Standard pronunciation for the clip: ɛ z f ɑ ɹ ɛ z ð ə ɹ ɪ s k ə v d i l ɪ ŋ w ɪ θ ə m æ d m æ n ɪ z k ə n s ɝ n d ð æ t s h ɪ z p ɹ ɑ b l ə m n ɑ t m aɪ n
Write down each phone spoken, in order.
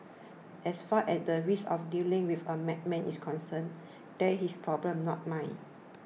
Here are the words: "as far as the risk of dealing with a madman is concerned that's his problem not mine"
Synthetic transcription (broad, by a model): ɛ s f ɑ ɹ ɛ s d ə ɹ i s ə f d i l ɪ ŋ w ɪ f ə m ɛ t m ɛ n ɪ s k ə n s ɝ n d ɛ h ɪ s p ɹ ɑ b l ə m n ɑ t m aɪ n